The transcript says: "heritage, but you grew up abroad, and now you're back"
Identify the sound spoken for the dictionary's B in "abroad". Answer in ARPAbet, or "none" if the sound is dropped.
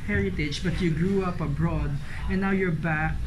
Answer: B